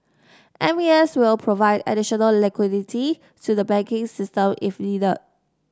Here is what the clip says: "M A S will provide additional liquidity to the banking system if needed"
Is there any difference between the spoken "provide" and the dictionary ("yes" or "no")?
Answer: no